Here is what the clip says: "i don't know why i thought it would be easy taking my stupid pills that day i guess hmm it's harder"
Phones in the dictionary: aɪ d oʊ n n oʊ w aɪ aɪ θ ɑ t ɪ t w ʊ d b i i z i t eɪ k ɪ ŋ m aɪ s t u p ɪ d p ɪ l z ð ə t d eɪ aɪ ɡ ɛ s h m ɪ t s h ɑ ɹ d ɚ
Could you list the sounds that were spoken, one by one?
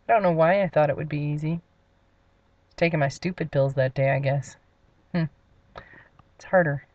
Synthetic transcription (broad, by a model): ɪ d oʊ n n oʊ w aɪ aɪ θ ɑ t ɪ t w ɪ d b i i z i t eɪ k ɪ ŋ m aɪ s t u p ɪ d p ɪ l z ð ə t d eɪ aɪ ɡ ɛ s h m ɪ t s h ɑ ɹ d ɚ